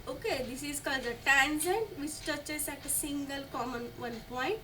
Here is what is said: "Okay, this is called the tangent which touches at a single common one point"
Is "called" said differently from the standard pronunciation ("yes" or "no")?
no